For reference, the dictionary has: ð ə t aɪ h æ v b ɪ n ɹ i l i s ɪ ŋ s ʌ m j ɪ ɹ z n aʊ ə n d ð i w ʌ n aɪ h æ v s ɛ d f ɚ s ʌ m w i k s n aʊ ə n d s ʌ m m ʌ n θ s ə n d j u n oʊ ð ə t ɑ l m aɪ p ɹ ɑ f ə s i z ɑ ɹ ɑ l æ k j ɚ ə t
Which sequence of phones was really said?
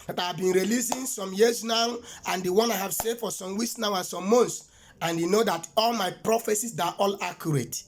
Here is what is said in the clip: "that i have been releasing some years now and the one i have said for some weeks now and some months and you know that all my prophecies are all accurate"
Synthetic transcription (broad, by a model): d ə t aɪ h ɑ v b ɪ n ɹ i l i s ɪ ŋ s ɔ m j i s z n aʊ ə n d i w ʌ n aɪ h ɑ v s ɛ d f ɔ s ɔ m w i s n aʊ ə n s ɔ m m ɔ n t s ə n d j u n oʊ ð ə t ɑ l m aɪ p ɹ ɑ f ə s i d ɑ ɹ ɑ l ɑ k j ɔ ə t